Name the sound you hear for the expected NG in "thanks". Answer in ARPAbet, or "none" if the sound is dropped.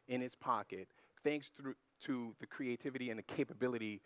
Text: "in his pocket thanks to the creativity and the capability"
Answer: NG